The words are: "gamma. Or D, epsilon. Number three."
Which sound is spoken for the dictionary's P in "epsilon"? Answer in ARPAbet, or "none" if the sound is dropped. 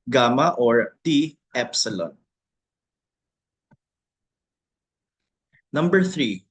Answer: P